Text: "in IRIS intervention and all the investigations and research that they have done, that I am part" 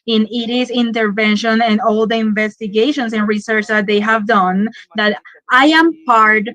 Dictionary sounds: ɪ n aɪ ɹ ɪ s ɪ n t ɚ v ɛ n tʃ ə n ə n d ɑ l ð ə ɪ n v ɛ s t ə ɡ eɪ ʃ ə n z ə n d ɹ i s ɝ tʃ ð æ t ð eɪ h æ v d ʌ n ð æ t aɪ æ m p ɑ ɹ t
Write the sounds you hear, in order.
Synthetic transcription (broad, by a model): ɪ n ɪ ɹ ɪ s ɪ n t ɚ v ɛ n ʃ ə n ə n d ɑ l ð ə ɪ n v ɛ s t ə ɡ eɪ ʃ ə n s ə n ɹ i s ɝ tʃ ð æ t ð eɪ h æ v d ʌ n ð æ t aɪ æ m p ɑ ɹ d